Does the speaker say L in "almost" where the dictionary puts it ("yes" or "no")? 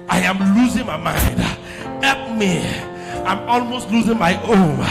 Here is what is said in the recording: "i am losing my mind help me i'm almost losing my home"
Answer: yes